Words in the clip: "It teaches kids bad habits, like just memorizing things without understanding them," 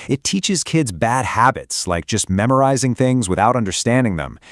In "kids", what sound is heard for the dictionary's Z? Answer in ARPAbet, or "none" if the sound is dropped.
Z